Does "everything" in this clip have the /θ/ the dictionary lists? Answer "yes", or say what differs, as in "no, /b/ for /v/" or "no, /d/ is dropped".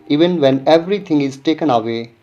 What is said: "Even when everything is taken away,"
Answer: no, /t/ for /θ/